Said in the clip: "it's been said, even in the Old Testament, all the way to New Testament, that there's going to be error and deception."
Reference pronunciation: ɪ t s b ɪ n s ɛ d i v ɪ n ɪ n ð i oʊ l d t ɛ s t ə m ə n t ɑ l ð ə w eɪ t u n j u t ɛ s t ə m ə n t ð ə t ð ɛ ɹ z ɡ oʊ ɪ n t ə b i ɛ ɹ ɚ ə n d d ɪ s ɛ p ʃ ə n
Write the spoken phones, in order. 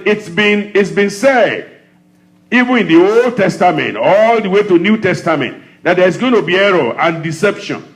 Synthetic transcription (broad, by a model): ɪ t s b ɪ n s ɛ d i v ɪ n ɪ n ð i oʊ l d t ɛ s t ə m ə n t ɑ l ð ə w eɪ t u n j u t ɛ s t ə m ə n t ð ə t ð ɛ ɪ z ɡ oʊ ɪ n t ə b i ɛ ɹ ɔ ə n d d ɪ s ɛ p ʃ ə n